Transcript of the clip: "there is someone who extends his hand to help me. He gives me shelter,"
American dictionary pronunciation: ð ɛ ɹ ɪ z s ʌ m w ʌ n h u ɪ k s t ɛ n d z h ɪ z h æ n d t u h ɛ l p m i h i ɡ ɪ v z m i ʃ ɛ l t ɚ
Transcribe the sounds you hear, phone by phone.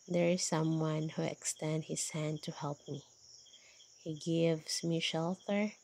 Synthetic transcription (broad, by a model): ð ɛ ɹ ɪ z s ʌ m w ʌ n h u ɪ k s t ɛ n d h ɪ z h æ n d t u h ɛ l p m i h i ɡ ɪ v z m i ʃ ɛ l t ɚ